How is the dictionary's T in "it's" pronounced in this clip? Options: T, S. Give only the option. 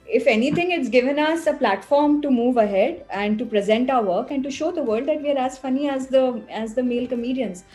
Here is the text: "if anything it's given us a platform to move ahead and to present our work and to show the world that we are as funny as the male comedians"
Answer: T